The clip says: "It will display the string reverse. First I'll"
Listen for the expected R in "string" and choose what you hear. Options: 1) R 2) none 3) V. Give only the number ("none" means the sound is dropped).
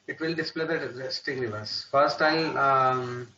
2